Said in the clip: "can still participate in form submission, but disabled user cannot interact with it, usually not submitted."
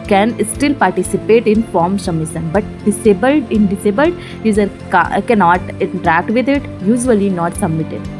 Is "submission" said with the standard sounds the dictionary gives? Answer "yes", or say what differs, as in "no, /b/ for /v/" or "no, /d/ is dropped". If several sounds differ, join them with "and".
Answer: no, /b/ is dropped